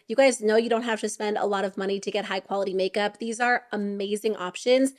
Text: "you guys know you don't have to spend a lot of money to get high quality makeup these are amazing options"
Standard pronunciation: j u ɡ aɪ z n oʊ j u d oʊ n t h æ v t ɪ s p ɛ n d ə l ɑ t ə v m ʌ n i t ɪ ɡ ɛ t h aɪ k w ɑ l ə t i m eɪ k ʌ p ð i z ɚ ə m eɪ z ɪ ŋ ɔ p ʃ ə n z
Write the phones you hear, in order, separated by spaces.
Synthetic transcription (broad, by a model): j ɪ ɡ aɪ z n oʊ j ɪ d oʊ n t h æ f t ɪ s p ɛ n d ə l ɑ t ə v m ʌ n i t ɪ ɡ ɛ t h aɪ k w ɑ l ə t i m eɪ k ʌ p ð i z ɚ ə m eɪ z ɪ ŋ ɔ p ʃ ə n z